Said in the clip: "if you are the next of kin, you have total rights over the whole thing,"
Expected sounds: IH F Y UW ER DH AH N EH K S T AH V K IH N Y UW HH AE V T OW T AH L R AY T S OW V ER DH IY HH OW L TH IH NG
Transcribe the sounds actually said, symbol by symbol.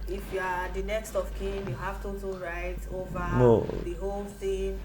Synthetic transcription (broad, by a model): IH F Y UW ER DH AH N EH K S T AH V K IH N Y UW HH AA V T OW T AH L R AY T OW V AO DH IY HH OW L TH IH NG